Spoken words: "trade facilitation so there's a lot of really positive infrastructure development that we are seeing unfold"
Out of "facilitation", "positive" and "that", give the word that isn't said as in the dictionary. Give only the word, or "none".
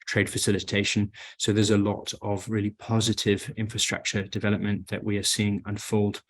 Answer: none